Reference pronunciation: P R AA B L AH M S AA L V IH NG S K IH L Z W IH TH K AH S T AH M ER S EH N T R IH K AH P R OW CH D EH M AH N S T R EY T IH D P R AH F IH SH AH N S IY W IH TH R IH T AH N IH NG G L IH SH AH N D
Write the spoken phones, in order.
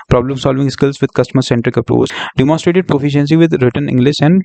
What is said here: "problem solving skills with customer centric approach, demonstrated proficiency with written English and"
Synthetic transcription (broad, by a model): P R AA B L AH M S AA L V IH NG S K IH L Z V IH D K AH S T AH M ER S EH N T R IH K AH P R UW S D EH M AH N S T R EY T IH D P R AH F IH SH AH N S IY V IH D R IH T AH N IH NG G L IH SH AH N D